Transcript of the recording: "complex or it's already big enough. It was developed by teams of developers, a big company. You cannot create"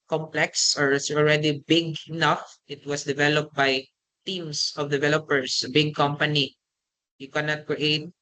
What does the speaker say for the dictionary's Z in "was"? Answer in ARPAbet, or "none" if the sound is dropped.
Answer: S